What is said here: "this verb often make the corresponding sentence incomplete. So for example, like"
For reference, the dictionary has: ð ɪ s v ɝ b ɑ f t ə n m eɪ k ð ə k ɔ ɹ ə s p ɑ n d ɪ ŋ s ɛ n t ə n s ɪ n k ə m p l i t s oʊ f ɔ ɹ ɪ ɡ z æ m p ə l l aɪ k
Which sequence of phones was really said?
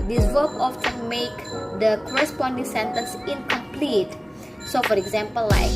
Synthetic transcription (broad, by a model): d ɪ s w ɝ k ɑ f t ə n m eɪ k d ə k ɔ ɹ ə s p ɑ n d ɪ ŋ s ɛ n t ə n s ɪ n k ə m p l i t s oʊ f ɔ ɹ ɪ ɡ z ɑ m p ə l l aɪ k